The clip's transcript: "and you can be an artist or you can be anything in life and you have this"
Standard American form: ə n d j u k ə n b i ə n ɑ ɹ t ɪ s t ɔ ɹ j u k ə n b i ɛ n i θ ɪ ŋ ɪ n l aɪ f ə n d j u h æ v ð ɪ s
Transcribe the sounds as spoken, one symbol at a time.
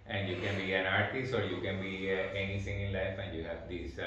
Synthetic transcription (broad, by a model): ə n d j u k ə n b i ə n ɑ ɹ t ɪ s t ɔ ɹ j u k ə n b i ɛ n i t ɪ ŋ ɪ n l aɪ f ə n d j u h æ v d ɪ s